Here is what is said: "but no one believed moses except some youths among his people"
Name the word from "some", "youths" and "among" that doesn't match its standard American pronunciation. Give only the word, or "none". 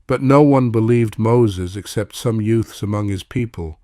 none